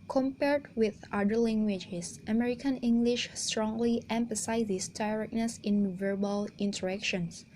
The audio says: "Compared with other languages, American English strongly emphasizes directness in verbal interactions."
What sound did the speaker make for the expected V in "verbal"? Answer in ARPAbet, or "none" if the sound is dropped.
V